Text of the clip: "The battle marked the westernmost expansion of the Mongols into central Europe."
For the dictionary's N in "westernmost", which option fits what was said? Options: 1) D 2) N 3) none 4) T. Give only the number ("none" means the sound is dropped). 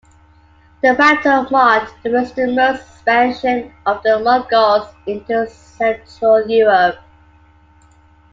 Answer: 3